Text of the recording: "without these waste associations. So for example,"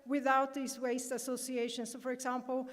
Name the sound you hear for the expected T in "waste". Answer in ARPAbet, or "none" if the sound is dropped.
T